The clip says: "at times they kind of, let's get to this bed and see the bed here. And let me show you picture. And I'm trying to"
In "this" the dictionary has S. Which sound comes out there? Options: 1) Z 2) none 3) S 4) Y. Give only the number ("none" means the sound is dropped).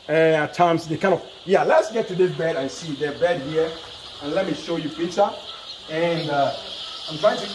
2